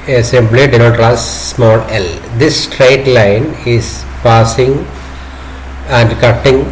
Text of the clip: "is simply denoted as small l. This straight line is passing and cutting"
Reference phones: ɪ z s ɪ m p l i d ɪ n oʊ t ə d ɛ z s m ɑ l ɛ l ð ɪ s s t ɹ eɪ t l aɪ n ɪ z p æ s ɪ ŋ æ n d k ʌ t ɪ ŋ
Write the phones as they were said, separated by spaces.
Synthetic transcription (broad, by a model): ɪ s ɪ m b l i d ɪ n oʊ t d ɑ s m ɑ l ɛ l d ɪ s s t ɹ eɪ t l aɪ n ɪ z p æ s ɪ ŋ æ n d k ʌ t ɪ ŋ